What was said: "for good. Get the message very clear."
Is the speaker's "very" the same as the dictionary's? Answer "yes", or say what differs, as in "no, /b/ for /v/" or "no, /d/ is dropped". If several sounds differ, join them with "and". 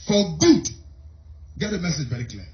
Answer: yes